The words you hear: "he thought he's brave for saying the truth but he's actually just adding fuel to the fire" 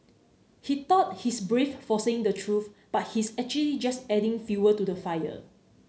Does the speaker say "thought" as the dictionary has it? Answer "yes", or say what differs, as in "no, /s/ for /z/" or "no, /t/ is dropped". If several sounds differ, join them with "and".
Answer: no, /t/ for /θ/